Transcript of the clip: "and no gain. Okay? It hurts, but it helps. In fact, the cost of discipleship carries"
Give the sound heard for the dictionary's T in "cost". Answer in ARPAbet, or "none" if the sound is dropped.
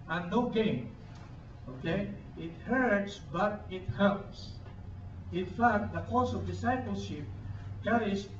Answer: none